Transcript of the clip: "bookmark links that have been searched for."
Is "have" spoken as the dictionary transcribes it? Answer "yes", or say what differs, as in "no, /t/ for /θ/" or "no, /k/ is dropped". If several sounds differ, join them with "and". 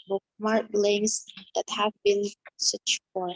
yes